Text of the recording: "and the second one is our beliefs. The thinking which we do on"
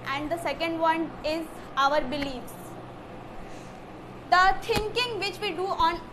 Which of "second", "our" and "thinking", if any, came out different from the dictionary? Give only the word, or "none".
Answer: thinking